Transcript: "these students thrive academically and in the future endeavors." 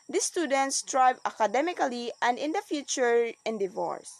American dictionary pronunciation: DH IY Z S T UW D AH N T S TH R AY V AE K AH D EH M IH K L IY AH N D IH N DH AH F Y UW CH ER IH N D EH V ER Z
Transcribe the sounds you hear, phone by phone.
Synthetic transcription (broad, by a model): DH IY S T UW D AH N T S T R AY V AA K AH D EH M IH K L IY AH N D IH N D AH F Y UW CH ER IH N D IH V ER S